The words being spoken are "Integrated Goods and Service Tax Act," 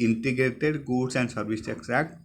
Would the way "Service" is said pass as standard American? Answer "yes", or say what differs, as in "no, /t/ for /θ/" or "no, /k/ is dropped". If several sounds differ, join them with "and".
no, /b/ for /v/